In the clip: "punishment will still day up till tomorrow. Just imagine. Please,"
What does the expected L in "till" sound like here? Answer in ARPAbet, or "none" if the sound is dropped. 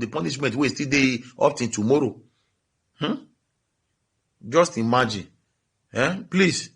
N